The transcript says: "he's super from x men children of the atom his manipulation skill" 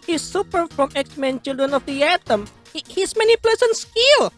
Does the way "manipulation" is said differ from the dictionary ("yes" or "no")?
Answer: yes